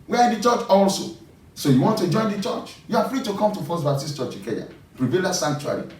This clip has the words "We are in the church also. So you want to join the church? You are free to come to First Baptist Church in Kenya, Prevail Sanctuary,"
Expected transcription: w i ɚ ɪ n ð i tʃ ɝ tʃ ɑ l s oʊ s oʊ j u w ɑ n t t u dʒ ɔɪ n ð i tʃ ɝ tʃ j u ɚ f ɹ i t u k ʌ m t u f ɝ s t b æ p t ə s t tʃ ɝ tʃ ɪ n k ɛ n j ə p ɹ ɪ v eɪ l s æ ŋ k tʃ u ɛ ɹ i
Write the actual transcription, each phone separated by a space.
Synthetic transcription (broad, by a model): w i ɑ ɪ n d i tʃ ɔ tʃ ɑ l s oʊ s oʊ j u w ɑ n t t u dʒ ɔɪ n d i tʃ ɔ tʃ j u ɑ f ɹ i t u k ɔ m t u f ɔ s b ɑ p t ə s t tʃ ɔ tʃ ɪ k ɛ j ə ɹ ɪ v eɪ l s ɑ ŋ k tʃ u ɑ ɹ i